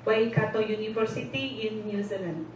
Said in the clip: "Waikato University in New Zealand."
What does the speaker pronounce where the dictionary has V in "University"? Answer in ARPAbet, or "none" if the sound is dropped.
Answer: F